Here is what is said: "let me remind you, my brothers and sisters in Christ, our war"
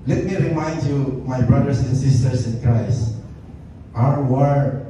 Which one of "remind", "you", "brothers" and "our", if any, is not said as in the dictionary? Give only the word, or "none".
brothers